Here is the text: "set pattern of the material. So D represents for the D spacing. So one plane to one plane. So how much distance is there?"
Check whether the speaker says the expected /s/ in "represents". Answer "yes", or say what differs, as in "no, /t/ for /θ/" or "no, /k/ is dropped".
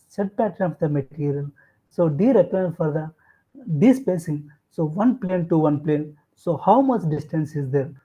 no, /s/ is dropped